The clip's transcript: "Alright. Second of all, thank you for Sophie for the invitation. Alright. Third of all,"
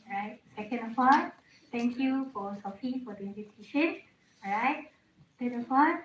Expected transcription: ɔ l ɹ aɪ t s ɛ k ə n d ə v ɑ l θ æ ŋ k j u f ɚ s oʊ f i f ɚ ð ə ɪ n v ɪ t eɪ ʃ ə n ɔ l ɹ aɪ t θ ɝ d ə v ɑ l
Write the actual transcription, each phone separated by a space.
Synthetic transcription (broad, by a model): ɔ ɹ aɪ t s ɛ k ə n d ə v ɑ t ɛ ŋ k j u f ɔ s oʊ f i f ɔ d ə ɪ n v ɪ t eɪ ʃ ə n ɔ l ɹ aɪ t s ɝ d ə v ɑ